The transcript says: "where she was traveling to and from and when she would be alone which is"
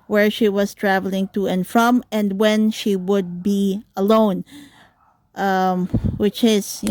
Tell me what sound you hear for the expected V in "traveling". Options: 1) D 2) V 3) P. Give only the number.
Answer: 2